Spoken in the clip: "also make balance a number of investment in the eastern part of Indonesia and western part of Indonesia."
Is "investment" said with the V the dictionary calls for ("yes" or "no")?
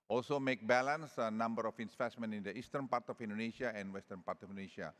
no